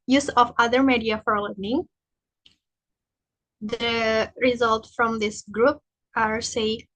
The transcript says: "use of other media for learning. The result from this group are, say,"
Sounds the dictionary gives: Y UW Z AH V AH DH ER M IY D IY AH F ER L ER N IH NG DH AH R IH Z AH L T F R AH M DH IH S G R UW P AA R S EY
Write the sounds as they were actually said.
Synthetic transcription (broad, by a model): Y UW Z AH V AH DH ER M IY D IY AH F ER L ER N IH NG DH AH R IH Z AH L T F R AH M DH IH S G R UW P AA R S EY